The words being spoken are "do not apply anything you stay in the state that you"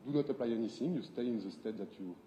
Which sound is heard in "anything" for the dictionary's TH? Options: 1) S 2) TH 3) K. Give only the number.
1